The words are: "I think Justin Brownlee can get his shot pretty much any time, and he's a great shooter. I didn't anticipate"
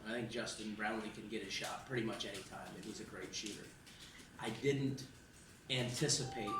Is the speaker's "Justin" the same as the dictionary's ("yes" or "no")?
no